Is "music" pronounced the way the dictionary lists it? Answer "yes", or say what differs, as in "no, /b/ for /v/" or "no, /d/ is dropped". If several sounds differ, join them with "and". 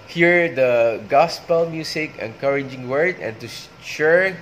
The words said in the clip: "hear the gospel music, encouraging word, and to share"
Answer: no, /s/ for /z/